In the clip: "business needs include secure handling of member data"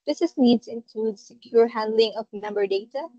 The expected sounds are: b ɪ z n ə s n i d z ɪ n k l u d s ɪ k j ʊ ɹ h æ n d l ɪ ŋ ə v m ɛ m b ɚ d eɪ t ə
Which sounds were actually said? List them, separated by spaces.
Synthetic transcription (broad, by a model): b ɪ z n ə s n i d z ɪ n k l u d s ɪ k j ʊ ɹ h æ n d l ɪ ŋ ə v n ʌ m b ɚ d eɪ t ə